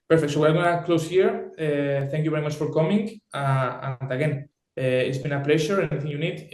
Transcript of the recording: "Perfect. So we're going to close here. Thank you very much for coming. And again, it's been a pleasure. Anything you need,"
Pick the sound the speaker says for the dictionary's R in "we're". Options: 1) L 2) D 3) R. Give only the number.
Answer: 1